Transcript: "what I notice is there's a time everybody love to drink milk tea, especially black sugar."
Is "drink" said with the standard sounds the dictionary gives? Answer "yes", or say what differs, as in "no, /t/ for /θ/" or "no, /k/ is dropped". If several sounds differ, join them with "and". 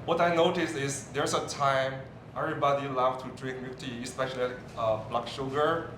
yes